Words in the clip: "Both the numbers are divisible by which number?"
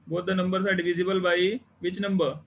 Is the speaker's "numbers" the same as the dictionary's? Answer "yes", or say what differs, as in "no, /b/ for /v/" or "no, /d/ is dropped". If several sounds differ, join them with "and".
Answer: no, /s/ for /z/